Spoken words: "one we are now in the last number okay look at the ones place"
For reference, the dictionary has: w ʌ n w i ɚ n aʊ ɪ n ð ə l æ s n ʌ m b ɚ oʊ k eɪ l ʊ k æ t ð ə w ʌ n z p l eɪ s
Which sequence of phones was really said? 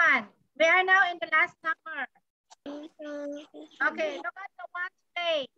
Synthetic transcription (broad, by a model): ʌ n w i ɚ n aʊ ɪ n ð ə l æ s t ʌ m ɚ oʊ k eɪ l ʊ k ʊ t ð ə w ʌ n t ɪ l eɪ